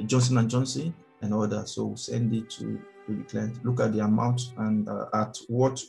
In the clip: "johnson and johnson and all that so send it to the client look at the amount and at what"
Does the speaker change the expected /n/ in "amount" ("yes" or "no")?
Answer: no